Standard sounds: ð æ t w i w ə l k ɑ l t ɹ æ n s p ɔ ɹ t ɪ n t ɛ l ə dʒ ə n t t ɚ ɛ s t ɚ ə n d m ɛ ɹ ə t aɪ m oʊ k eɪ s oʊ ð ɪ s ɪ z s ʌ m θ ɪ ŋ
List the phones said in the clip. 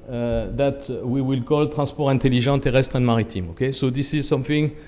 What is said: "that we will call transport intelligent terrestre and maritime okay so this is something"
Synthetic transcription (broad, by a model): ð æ t w i w ə l k ɑ l t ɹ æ s p ɔ ɹ ɪ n t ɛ l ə ʒ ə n t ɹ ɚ ɛ s t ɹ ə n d m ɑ ɹ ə t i m oʊ k eɪ s oʊ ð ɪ s ɪ z s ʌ m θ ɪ ŋ